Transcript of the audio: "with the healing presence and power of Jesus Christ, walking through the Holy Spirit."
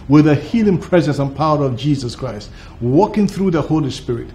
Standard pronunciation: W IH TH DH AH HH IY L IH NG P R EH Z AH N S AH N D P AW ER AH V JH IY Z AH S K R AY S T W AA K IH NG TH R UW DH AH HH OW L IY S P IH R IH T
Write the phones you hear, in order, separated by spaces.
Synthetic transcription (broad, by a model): W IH DH AH HH IY L IH NG P R EH Z AH N S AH N P AW ER AH V JH IY Z AH S K R AY S T W AA K IH NG TH R UW DH AH HH OW L IY S P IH R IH T